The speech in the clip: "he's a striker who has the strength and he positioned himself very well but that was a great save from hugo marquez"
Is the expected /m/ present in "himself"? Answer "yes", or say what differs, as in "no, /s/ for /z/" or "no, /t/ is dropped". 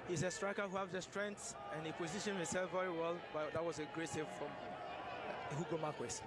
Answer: no, /m/ is dropped